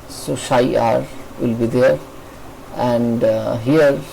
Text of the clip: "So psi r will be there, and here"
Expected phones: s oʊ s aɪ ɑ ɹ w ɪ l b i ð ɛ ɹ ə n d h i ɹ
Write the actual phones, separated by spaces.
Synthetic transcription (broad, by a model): s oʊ ʃ aɪ ɑ ɹ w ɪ l b i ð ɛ ɹ ə n d h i ɹ